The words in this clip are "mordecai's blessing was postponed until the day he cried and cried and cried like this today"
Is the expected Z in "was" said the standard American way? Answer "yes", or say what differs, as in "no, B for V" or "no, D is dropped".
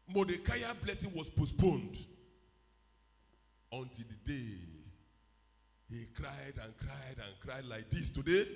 no, S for Z